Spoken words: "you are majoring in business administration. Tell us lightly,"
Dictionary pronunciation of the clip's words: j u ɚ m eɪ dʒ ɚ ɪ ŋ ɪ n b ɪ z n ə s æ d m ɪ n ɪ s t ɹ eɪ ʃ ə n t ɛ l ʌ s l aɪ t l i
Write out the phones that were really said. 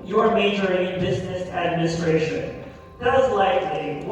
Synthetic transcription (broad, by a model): j ɚ m eɪ dʒ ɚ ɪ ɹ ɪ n b ɪ z n ə s æ d m ɪ n ɪ s t ɹ eɪ ʃ ə n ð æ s l aɪ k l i